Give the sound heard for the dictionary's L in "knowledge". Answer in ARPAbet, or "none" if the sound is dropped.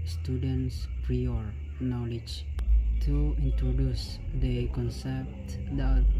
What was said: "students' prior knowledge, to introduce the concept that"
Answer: L